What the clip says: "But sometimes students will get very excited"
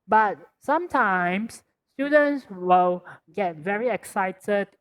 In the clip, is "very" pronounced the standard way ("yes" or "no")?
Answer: yes